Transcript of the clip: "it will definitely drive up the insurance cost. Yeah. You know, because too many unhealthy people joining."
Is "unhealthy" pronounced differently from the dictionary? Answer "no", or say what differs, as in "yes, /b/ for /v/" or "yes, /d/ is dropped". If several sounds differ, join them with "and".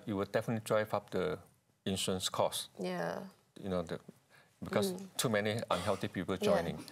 yes, /t/ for /θ/